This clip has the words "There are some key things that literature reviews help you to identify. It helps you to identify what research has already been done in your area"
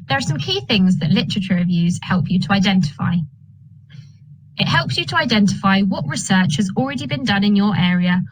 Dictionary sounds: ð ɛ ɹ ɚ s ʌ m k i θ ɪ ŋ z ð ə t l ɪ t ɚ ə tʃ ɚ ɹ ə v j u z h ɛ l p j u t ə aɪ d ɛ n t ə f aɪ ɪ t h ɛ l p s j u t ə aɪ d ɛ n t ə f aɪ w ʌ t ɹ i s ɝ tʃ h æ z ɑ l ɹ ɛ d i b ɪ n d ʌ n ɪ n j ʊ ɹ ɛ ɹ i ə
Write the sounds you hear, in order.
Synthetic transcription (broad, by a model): ð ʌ ɹ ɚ s ʌ m k i θ ɪ ŋ z ð ə t l ɪ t ɚ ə tʃ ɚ ɹ ə v j u z h ɛ l p j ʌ t ə aɪ d ɛ n t ə f aɪ ɪ t h ɛ l p s j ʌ t ə aɪ d ɛ n t ə f aɪ w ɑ t ɹ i s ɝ tʃ h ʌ z ɑ l ɹ ɛ d i b ɪ n d ʌ n ɪ n j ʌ ɹ ɛ ɹ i ə